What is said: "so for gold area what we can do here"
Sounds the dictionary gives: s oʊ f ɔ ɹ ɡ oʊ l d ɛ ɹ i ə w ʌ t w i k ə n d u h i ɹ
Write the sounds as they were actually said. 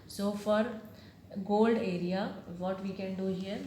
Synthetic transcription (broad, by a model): s oʊ f ɔ ɹ ɡ oʊ l d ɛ ɹ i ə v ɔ t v i k ə n d u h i ɹ